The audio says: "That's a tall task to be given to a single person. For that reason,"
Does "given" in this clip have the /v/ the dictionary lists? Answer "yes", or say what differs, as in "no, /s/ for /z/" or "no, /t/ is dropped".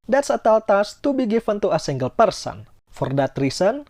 no, /f/ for /v/